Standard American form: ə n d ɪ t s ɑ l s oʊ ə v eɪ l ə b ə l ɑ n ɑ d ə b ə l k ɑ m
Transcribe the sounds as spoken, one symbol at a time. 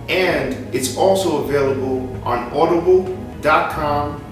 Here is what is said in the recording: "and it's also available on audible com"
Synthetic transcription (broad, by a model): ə n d ɪ t s ɑ l s oʊ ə v eɪ l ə b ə l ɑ n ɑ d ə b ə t k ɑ m